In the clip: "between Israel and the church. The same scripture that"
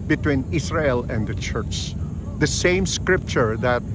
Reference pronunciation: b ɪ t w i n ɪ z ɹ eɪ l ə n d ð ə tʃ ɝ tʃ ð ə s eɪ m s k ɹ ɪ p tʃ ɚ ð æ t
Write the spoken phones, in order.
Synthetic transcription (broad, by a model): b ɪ t w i n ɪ s ɹ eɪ l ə n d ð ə tʃ ɝ tʃ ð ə s eɪ m s k ɹ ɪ p tʃ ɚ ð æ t